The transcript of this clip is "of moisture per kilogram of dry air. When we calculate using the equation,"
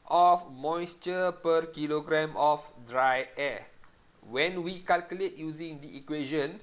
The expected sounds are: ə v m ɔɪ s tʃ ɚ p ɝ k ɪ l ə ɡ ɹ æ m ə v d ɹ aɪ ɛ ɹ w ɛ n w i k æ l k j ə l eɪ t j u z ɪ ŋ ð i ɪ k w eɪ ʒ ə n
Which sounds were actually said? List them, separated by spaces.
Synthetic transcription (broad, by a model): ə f m ɔɪ s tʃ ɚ p ɝ k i l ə ɡ ɹ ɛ m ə f d ɹ aɪ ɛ w ɛ n w i k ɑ l k j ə l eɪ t j u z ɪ ŋ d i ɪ k w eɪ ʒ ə n